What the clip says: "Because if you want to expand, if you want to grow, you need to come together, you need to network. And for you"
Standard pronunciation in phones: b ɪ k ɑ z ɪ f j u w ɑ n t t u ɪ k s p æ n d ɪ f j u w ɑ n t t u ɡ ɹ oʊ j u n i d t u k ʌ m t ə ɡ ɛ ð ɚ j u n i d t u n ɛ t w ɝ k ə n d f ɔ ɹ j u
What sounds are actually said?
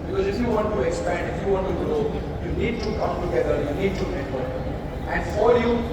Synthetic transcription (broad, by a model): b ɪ k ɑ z ɪ f j u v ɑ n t t u ɪ k s p æ n d ɪ f j u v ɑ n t t u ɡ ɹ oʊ j u n i d t u k ʌ m t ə ɡ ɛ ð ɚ j u n i d t u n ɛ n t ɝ ə n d f ɔ ɹ j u